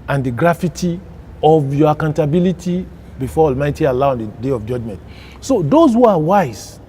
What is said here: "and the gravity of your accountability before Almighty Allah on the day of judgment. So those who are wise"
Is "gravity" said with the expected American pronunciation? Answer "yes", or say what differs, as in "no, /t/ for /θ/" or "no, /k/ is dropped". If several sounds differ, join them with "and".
no, /f/ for /v/